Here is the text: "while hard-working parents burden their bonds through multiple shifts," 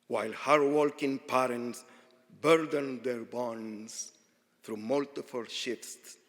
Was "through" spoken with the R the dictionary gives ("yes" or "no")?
yes